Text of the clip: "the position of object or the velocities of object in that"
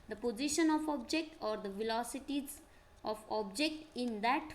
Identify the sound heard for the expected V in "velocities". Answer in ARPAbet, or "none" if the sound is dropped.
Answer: V